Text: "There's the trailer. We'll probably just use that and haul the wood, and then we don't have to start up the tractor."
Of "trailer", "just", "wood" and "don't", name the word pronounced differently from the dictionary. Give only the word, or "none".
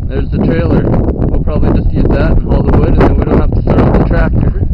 none